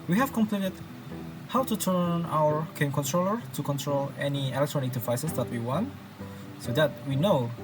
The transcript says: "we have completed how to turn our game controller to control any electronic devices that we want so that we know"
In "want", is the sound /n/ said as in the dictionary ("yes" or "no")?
yes